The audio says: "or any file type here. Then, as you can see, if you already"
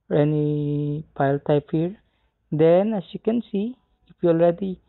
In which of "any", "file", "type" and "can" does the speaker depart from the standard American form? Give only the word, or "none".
file